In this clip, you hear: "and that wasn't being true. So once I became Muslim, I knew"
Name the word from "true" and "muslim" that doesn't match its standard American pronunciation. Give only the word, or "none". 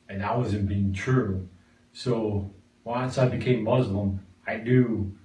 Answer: none